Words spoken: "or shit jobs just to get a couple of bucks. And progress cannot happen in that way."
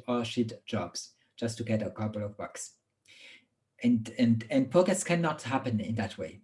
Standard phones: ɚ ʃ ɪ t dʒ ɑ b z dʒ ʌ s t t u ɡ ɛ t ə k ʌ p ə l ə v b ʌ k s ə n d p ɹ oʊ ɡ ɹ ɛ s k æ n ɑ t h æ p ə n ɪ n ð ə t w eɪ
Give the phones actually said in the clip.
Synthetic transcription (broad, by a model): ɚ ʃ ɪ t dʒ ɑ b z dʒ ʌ s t t u ɡ ɛ t ə k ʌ p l ə v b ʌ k s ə n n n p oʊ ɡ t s k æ n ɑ t h æ p ə n ɪ n ð ə t w eɪ